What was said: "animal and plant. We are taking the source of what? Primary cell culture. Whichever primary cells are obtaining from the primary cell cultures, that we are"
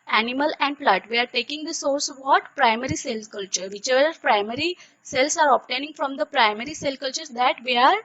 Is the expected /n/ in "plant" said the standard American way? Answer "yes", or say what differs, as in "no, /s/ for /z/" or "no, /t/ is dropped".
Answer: no, /n/ is dropped